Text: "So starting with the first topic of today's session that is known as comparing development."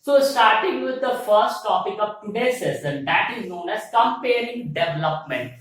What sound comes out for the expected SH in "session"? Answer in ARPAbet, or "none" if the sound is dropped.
S